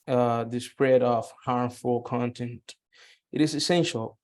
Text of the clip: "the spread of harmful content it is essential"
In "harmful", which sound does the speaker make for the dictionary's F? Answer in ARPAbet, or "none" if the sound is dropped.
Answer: F